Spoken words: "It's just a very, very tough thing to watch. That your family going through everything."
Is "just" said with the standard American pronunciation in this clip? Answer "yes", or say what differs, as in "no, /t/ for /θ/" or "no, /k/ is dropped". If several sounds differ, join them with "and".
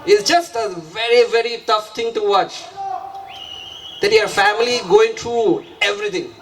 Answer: yes